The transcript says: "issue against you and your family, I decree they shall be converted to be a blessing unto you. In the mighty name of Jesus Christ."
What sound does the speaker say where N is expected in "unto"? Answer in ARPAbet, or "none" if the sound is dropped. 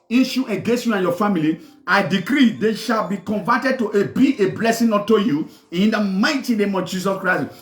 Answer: none